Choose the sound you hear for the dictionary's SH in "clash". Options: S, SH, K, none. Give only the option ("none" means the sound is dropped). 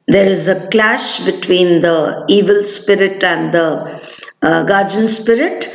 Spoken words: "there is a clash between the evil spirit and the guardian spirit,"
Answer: SH